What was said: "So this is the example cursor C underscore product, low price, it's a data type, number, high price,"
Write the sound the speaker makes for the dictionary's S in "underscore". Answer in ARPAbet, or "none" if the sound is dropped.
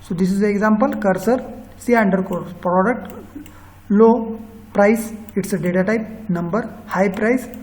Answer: none